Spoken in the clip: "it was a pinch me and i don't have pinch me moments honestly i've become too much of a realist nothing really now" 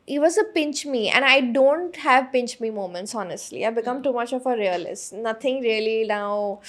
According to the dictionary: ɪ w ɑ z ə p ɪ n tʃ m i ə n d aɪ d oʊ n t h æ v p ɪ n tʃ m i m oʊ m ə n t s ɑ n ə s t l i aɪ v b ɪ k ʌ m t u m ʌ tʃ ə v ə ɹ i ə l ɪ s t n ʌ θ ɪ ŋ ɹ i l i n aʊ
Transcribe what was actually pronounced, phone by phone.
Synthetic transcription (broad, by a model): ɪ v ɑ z ə p ɪ n tʃ m i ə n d aɪ d oʊ n t h æ v p ɪ n tʃ m i m oʊ m ə n t s ɑ n ə s t l i aɪ b ɪ k ʌ m t u m ʌ tʃ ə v ə ɹ i ə l ɪ s t n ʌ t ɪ ŋ ɹ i l i n aʊ